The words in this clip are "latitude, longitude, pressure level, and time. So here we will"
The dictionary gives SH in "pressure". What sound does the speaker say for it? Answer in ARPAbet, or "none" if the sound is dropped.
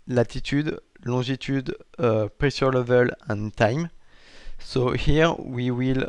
S